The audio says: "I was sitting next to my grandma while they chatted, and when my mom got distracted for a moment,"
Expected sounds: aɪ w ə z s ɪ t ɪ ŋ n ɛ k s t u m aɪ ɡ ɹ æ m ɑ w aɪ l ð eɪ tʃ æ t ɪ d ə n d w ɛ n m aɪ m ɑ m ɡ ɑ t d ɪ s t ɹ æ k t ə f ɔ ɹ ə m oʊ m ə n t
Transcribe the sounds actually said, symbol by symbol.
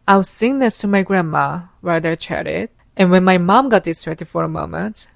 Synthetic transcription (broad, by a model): aɪ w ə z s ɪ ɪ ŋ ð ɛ s t u m aɪ ɡ ɹ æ m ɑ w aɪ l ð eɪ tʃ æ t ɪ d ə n w ɛ n m aɪ m ɑ m ɡ ɑ t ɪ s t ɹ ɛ t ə f ɔ ɹ ə m oʊ m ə n t